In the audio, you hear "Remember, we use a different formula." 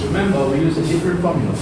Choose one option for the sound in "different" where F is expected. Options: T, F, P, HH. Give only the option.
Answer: P